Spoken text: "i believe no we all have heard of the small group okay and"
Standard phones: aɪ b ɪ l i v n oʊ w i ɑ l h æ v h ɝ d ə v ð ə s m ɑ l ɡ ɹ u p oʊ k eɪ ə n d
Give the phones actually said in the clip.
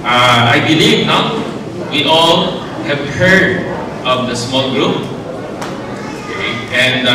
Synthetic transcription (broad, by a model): aɪ b ɪ l i v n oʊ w i ɑ l h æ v h ɝ d ə v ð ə s m ɑ l ɡ ɹ u p oʊ k eɪ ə n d